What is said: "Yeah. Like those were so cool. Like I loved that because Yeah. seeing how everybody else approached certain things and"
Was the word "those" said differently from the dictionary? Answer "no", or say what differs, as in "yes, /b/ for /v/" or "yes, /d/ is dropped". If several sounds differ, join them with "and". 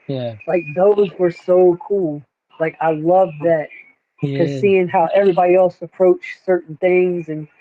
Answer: no